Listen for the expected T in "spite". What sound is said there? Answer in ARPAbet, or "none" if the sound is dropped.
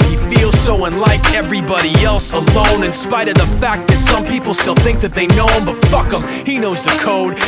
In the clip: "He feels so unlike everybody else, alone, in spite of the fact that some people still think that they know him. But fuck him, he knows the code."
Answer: T